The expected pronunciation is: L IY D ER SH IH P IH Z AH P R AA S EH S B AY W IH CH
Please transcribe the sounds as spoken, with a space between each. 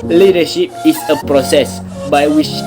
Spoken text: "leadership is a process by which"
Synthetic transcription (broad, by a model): L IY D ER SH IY P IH S AH P R AA S EH S B AY W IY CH